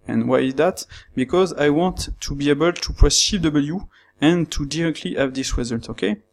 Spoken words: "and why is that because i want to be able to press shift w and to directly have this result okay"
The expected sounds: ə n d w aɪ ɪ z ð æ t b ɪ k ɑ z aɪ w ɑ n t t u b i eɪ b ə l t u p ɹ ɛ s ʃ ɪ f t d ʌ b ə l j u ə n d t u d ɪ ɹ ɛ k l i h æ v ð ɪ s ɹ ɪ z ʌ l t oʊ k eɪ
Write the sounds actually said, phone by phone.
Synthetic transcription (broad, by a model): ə n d w aɪ ɪ z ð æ t b ɪ k ɑ z aɪ w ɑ n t t u b i eɪ b ə l t u p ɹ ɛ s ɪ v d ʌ b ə l j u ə n t u d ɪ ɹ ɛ k l i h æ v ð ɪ s w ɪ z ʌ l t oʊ k eɪ